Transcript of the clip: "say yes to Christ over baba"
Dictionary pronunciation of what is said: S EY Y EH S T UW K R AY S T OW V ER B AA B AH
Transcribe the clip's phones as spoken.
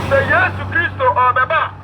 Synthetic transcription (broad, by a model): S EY Y EH S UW K R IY S T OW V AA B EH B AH